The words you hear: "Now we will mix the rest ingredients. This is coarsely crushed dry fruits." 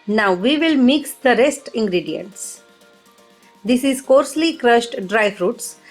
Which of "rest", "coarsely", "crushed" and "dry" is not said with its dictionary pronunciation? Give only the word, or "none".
none